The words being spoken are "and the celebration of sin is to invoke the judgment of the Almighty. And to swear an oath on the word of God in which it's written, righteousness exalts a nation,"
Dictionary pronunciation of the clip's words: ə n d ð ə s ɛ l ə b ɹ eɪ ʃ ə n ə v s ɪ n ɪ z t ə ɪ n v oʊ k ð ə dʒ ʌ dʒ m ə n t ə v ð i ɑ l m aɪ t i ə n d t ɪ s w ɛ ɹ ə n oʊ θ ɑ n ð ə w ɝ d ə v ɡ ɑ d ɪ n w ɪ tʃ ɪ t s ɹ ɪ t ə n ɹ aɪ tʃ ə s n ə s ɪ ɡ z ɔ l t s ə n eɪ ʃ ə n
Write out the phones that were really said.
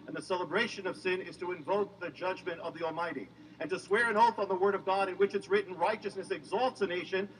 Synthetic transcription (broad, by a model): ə n ð ə s ɛ l ə b ɹ eɪ ʃ ə n ə v s ɪ n ɪ z t ə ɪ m v oʊ k ð ə dʒ ʌ dʒ m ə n t ə v ð i ɑ l m aɪ t i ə n t ɪ s w ɛ ɹ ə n oʊ θ n ð ə w ɝ d ə v ɡ ɑ d ɪ n w ɪ tʃ ɪ t s ɹ ɪ t n ɹ aɪ tʃ ə s n ə s ɪ ɡ z ɔ l t s ə n eɪ ʃ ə n